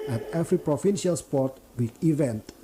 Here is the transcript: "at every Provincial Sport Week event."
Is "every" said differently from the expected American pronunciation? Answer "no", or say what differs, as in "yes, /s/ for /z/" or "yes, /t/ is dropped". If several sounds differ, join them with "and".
yes, /f/ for /v/